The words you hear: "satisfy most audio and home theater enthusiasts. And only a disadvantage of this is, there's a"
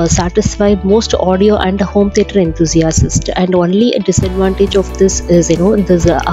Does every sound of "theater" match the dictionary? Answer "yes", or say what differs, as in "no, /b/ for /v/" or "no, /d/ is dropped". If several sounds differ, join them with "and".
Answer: no, /t/ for /θ/